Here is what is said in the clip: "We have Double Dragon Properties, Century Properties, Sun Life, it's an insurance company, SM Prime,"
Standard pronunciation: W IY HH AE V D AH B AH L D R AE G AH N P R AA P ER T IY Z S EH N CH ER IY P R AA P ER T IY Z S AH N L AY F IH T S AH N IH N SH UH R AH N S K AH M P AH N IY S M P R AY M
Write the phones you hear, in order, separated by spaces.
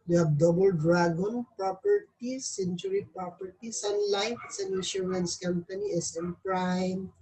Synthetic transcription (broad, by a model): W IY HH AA B D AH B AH L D R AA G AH N P R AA P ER T IY S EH N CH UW IY P R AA P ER T IY S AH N L AY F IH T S AH N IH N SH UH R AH N S K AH M P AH N IY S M P R AY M